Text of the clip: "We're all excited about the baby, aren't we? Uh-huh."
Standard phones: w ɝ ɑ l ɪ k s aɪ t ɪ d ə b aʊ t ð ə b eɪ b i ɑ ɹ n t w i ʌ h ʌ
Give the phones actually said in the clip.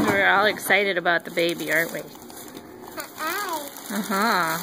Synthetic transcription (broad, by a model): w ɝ ɑ l ɪ k s aɪ t ɪ d ə b aʊ t ð ə b eɪ b i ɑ ɹ t w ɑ ʌ h ʌ